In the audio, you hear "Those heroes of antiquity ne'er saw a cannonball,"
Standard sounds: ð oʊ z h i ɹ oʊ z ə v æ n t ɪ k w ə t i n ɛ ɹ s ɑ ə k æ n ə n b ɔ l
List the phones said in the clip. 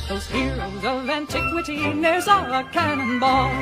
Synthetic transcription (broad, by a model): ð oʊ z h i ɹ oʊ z ə v æ n t ɪ k w ə t i n ɛ ɹ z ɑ ə k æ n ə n b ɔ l